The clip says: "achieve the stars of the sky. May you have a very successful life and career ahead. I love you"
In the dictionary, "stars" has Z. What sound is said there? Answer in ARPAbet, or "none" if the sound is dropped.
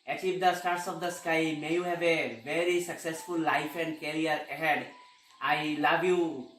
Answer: S